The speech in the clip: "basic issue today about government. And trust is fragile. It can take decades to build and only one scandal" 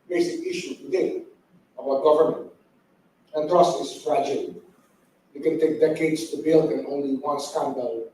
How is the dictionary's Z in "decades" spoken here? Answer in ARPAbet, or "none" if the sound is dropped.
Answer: S